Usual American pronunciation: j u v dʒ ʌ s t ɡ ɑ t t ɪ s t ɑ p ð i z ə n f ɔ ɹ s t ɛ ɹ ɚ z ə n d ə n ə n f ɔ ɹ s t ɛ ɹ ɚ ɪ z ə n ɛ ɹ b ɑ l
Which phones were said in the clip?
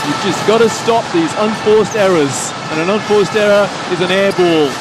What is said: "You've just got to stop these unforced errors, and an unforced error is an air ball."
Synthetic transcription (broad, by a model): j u v dʒ ʌ s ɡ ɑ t t ɪ s t ɑ p ð i z ə n f ɔ ɹ s t ɛ ɹ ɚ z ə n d ə n ə n f ɔ ɹ s t ɛ ɹ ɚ ɪ z ə n ɛ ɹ b ɑ l